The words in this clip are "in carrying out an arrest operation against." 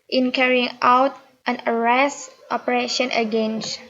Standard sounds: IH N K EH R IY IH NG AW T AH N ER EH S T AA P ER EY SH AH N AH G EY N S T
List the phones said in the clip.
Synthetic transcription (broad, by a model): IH N K EH R IY IH NG AW T AH N ER EH S T AA P ER EY SH AH N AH G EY N S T